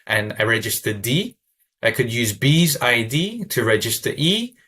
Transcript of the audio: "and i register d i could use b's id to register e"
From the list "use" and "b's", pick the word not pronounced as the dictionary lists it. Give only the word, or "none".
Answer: none